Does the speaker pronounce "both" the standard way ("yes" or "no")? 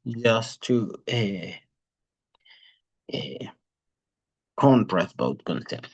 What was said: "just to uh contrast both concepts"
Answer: no